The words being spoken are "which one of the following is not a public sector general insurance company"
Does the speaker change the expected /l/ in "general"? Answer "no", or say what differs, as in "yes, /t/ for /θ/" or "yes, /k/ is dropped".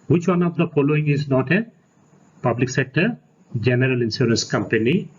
no